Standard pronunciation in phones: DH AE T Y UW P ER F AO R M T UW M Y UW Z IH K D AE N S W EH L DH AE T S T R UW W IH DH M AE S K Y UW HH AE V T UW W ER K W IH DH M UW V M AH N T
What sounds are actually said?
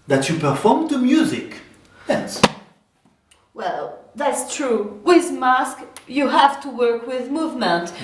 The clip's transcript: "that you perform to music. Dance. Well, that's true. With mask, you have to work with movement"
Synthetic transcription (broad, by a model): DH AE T Y UW P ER F AO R M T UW M Y UW Z IH K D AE S W EH L DH AE T S T R UW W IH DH M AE S K Y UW HH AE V T UW W ER K W IH DH M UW V M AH N T